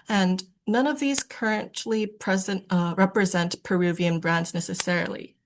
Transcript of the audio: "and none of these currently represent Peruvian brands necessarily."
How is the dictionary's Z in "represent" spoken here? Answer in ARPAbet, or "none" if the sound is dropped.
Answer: Z